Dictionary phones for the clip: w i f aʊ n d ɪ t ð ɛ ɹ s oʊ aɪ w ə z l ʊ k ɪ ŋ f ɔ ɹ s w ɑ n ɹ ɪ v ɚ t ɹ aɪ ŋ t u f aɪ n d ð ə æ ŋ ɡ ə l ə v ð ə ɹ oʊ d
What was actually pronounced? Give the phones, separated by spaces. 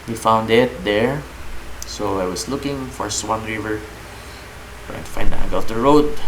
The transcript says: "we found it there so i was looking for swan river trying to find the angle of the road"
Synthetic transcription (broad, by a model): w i f aʊ n d ɪ t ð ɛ ɹ s oʊ aɪ w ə s l ʊ k ɪ ŋ f ɔ ɹ s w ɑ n ɹ ɪ v ɚ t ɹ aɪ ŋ t u f aɪ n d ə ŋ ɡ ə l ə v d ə ɹ oʊ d